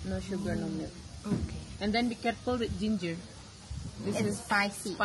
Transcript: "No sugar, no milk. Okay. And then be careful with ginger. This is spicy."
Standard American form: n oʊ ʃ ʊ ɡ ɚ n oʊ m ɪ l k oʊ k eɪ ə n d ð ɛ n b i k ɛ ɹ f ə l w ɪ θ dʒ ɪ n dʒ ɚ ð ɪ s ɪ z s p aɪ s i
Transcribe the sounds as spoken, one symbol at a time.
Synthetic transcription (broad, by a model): n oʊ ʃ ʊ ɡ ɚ n oʊ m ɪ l oʊ k eɪ ə n d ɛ n b i k ɛ ɹ f ə l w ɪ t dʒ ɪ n dʒ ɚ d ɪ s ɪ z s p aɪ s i